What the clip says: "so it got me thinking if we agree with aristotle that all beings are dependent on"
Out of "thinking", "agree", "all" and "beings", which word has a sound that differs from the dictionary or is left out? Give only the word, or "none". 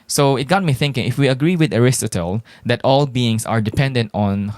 beings